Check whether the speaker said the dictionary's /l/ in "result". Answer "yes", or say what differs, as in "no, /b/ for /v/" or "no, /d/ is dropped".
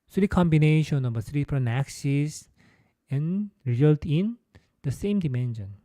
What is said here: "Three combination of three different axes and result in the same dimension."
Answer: yes